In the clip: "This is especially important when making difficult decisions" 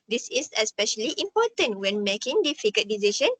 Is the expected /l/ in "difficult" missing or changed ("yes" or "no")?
yes